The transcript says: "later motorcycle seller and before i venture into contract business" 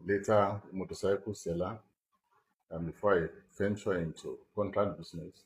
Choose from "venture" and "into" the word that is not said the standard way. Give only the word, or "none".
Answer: venture